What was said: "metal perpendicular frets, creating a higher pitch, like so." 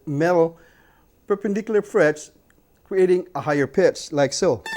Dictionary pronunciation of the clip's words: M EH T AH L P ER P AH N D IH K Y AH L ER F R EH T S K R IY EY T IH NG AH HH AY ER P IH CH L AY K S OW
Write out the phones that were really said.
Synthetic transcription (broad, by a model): M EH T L P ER P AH N D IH K Y L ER F R EH T S K R IY EY T IH NG AH HH AY ER P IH S L AY K S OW